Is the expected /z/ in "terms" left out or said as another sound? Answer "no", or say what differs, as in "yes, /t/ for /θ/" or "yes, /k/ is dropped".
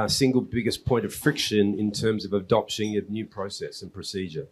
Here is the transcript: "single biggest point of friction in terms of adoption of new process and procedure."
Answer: no